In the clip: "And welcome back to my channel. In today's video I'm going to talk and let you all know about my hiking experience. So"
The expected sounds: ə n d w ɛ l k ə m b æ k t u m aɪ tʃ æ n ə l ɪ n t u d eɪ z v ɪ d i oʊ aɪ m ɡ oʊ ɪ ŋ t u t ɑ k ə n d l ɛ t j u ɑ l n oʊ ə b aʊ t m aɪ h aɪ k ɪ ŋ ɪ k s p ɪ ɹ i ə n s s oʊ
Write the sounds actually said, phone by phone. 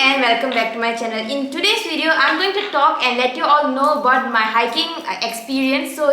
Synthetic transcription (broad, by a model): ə n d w ɛ l k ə m b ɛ k t u m aɪ tʃ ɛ n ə l ɪ n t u d eɪ s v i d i oʊ aɪ m ɡ oʊ ɪ ŋ t u t ɑ k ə n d l ɛ t j u ɑ l n oʊ ə b aʊ t m aɪ h aɪ k ɪ ŋ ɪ k s p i ɹ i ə n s s oʊ